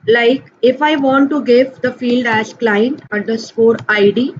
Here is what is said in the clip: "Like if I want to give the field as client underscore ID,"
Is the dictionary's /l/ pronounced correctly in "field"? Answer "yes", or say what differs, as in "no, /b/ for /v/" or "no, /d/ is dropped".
yes